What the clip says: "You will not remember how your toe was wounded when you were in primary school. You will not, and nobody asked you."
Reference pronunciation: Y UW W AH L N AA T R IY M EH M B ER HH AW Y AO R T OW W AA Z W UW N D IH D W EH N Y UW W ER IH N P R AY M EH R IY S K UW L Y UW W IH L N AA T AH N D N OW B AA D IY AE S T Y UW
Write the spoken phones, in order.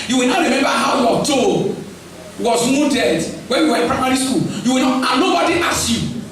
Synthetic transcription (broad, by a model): Y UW W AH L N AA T R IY M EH M B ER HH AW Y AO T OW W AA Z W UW D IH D W EH N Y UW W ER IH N P R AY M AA R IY S K UW L Y UW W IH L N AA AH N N OW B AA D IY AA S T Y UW